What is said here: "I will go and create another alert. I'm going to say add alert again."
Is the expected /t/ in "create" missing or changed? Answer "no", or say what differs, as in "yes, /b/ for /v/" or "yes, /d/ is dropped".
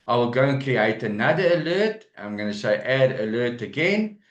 no